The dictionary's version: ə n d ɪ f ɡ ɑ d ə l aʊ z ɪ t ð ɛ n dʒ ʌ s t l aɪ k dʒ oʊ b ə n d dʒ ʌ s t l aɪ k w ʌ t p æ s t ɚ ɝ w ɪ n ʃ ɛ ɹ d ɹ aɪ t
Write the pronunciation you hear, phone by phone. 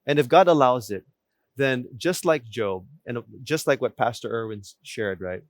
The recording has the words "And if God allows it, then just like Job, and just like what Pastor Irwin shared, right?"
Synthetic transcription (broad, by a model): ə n ɪ f ɡ ɑ d ə l aʊ z ɪ t ð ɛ n dʒ ʌ s t l aɪ k dʒ oʊ b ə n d dʒ ʌ s t l aɪ k w ʌ t p æ s t ɚ ɝ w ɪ n ʃ ɛ ɹ d ɹ aɪ t